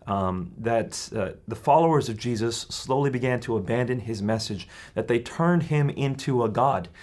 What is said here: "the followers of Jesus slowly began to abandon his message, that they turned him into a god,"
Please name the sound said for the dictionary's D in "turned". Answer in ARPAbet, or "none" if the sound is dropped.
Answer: D